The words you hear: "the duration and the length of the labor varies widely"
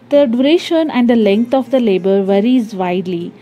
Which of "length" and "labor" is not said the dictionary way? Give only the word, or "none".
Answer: length